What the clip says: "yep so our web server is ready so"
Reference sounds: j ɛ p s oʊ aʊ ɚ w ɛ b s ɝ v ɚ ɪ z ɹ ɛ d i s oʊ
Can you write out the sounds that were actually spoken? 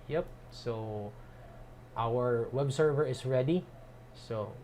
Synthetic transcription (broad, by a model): j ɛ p s oʊ aʊ ɚ w ɛ b s ɝ v ɚ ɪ s ɹ ɛ d i s oʊ